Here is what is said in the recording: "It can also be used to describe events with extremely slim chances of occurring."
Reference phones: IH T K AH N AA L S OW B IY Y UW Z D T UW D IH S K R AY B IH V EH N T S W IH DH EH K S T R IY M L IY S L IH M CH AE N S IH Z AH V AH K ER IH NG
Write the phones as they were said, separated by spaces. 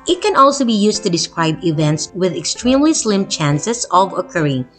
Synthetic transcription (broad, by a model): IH T K AH N AA L S OW B IY Y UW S T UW D IH S K R AY B IH V EH N T S W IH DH EH K S T R IY M L IY S L IH M CH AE N S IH S AH V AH K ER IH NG